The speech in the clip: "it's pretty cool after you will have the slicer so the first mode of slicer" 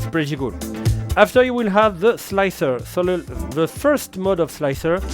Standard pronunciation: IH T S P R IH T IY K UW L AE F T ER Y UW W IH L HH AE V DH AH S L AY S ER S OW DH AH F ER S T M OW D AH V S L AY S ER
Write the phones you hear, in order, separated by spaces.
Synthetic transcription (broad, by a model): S P R IH T IY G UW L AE F T ER Y UW W IH L HH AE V DH AH S L AY S ER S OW DH AH F ER S T M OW D AH V S L AY S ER